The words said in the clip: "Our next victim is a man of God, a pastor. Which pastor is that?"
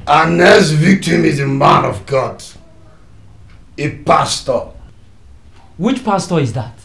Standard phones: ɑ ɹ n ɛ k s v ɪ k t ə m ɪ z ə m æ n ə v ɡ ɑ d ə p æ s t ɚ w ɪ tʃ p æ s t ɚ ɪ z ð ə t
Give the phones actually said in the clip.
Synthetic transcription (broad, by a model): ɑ n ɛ s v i k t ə m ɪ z ə m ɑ n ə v ɡ ɑ d ə p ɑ s t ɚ w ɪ tʃ p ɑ s t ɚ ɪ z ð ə t